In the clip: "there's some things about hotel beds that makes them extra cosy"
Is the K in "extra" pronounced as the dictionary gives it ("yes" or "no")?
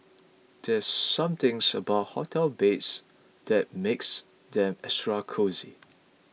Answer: no